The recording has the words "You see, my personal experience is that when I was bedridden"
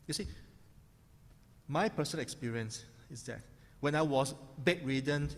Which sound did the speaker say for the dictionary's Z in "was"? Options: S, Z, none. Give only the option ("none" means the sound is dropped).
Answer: S